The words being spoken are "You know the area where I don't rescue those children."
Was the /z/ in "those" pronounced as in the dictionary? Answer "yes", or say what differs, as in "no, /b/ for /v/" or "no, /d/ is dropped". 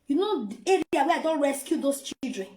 no, /s/ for /z/